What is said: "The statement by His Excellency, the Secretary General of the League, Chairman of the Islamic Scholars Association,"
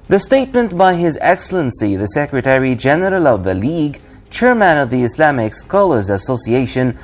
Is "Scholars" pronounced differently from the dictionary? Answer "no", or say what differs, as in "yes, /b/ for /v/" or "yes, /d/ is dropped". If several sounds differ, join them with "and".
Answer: no